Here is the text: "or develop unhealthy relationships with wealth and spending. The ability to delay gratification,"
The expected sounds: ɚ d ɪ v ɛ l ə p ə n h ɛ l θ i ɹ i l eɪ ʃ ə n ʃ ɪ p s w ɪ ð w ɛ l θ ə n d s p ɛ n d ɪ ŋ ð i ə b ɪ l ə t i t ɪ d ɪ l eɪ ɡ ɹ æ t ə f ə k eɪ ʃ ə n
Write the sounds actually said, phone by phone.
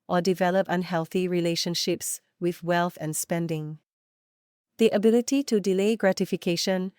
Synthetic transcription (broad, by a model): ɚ d ɪ v ɛ l ə p ə n h ɛ l θ i ɹ i l eɪ ʃ ə n ʃ ɪ p s w ɪ ð w ɛ l θ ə n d s p ɛ n d ɪ ŋ ð i ə b ɪ l ə t i t ɪ d ɪ l eɪ ɡ ɹ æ t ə f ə k eɪ ʃ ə n